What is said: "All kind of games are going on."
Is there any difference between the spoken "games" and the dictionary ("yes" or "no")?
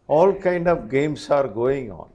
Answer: yes